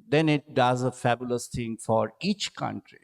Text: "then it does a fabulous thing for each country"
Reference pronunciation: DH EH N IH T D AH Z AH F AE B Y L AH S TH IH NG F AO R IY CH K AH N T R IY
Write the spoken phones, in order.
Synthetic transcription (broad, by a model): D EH N IH T D AH Z AH F AE B Y L AH S T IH NG F AO R IY CH K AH N T R IY